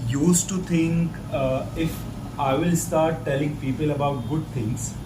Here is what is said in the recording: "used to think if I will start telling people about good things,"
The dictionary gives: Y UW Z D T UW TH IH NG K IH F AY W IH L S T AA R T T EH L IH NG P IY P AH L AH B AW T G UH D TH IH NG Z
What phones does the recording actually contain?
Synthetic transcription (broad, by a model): Y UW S T UW T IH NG K IH F AY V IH L S T AA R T T EH L IH NG P IY P AH L AH B AW T G UH D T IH NG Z